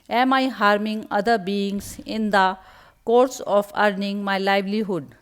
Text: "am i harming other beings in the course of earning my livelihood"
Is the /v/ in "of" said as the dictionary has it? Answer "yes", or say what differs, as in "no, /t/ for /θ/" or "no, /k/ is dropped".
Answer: no, /p/ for /v/